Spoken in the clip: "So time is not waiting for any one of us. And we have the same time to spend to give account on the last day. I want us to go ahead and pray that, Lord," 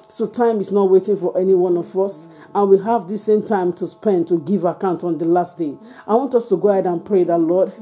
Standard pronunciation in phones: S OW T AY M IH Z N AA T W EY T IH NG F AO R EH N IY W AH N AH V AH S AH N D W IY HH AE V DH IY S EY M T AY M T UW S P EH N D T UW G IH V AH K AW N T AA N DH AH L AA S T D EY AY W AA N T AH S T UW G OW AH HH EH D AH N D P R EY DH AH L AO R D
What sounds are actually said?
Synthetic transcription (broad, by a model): S OW T AY M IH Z N AA T W EY T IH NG F AO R EH N IY W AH N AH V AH S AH N W IY HH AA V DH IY S EY M T AY M T UW S P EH N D T UW G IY V AH K AW N T AA N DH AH L AA S T D EY AY W AA N T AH S T UW G OW AH HH EH D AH N P R EY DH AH L AO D